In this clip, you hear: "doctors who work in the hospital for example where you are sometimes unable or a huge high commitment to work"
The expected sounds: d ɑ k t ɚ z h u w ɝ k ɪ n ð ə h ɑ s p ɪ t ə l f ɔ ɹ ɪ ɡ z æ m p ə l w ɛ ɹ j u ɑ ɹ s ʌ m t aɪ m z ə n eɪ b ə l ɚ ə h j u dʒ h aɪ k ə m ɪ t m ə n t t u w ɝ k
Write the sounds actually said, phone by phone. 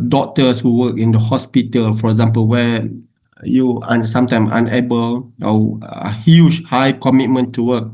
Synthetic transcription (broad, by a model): d ɑ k t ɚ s h u w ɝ k ɪ n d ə h ɑ s p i t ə l f ɔ ɹ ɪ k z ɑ m p ə l w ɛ j u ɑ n s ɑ m t aɪ m ə n eɪ b ə l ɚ ə h j u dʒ h aɪ k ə m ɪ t m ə n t t u w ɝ k